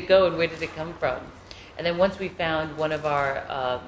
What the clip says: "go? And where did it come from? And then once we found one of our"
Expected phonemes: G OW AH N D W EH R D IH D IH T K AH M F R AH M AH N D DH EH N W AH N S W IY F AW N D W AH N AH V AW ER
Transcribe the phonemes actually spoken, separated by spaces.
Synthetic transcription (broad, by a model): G OW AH N W EH R D IH D IH T K AH M F R AH M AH N DH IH N W AH N S W IY F AW N D W AH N AH V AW ER